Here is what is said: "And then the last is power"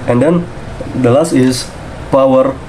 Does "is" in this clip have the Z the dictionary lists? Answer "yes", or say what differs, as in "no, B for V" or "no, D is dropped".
no, S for Z